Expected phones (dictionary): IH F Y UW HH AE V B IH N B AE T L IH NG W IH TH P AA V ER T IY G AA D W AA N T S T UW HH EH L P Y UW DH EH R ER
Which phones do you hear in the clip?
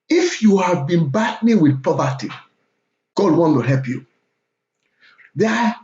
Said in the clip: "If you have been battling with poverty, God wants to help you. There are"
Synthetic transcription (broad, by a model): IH F Y UW HH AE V B IH N B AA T N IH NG W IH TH P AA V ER T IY G AA D W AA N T T UW HH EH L P Y UW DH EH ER